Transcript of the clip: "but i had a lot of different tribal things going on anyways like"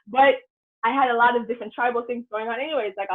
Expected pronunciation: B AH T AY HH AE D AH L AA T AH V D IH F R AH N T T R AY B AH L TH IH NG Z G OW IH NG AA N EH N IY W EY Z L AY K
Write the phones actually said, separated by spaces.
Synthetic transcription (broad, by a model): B AH T AY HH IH D AH L AA T AH V D IH F R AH N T T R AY B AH L TH IH NG Z G OW IH NG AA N EH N IY W EY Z L AY K